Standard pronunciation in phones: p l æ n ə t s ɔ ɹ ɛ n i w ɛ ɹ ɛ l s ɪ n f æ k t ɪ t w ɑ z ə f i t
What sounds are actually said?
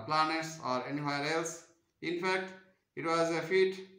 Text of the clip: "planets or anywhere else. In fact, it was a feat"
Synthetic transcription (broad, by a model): p l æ n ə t s ɔ ɹ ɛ n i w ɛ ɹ ɛ l s ɪ n f æ k t ɪ t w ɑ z ə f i t